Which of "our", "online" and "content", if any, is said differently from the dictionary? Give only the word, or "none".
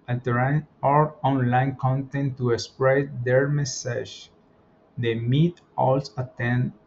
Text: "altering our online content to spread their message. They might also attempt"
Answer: none